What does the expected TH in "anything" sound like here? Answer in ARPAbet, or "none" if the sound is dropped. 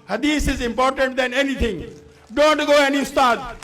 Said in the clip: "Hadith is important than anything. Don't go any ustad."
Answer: T